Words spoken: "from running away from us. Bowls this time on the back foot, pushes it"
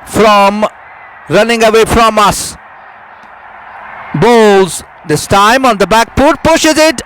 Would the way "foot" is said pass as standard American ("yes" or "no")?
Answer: no